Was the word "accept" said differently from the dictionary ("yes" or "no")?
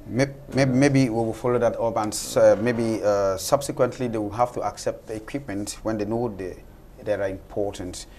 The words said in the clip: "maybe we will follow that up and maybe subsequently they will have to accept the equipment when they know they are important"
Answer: no